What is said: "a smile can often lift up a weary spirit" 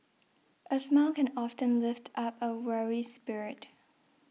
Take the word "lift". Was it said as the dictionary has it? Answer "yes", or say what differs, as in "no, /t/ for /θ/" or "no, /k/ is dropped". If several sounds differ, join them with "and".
yes